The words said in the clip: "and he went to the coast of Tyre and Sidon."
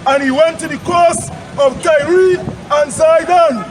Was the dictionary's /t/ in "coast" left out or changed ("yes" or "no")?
yes